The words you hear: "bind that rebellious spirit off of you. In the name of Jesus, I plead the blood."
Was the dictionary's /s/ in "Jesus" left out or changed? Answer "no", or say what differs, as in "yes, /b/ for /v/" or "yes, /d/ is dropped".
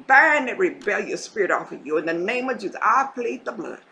yes, /s/ is dropped